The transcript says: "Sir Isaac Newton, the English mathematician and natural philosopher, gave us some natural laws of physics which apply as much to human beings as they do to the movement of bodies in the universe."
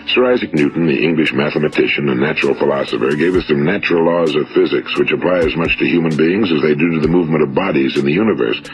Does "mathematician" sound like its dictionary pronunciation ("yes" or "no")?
yes